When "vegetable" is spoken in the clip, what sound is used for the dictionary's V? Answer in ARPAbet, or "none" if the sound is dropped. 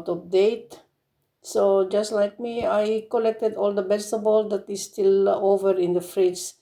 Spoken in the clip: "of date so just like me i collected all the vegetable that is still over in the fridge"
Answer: B